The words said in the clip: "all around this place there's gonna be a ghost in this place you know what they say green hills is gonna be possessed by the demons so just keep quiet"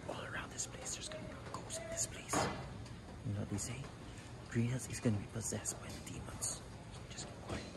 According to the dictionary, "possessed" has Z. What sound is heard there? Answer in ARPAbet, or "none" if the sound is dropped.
Z